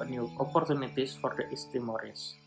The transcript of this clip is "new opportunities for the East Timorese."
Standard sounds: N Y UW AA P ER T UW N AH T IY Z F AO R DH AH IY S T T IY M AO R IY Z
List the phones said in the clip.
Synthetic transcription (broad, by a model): N Y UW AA P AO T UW N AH T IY S F AO R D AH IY S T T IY M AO R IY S